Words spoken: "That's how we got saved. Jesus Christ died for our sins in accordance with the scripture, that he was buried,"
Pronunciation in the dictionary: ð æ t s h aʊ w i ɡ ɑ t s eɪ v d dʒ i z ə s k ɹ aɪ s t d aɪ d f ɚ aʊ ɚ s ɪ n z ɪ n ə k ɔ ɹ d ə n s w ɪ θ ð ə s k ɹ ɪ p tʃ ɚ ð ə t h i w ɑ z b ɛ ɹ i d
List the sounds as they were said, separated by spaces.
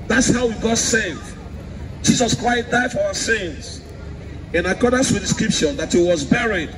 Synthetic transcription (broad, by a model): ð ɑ t s h aʊ w i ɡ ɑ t s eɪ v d dʒ i z ə s k ɹ aɪ s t d aɪ d f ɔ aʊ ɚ s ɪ n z ɪ n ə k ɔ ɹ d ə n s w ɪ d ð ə s k ɹ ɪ p ʃ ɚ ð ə t h i w ɑ z b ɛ ɹ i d